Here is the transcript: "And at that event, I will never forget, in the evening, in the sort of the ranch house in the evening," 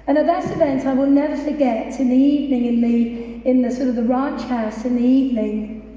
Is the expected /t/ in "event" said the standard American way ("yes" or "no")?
yes